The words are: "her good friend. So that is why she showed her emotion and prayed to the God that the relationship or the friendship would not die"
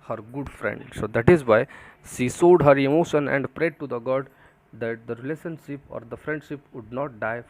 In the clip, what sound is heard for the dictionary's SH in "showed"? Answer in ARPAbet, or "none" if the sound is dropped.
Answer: S